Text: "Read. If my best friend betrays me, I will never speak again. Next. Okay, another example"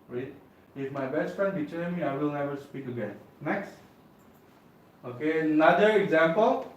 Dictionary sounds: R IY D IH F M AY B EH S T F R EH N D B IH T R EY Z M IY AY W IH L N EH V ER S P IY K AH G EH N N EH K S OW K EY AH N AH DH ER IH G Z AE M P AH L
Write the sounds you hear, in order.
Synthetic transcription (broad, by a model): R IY IH F M AY B EH S T F R EH N D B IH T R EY M IY AY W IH L N EH V ER S P IY K AH G EH N N EH K S OW K EY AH N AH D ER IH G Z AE M P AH L